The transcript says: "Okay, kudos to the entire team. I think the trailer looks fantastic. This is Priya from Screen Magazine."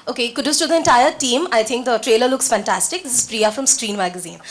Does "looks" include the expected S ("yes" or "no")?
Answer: yes